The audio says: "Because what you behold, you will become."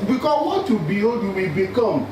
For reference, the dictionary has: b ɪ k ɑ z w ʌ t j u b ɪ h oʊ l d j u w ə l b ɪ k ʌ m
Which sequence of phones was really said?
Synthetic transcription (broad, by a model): b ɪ k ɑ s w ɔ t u b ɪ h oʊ d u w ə b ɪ k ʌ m